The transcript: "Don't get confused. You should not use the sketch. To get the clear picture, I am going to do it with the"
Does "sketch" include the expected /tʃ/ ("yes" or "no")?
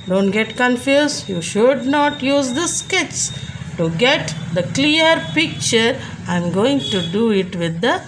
no